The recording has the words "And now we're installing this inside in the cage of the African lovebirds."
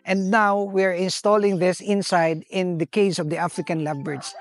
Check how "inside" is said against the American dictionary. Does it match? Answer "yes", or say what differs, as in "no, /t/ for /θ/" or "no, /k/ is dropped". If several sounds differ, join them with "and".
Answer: yes